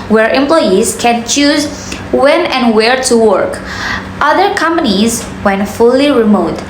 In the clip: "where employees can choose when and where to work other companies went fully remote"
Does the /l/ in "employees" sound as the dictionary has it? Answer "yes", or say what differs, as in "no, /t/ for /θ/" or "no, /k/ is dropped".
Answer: yes